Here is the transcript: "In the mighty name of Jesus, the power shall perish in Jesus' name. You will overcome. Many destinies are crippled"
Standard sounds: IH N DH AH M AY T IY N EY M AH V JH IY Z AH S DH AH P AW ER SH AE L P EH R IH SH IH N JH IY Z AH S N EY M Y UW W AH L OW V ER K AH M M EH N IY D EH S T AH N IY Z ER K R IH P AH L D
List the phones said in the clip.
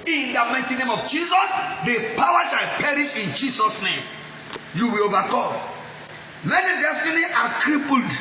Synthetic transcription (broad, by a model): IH N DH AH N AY T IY N EY M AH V JH IY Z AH S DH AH P AW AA SH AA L P EH R IH SH IH N JH IY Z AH S N EY M Y UW W AH L OW V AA K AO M M EH N IY D EH S T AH N IY AA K R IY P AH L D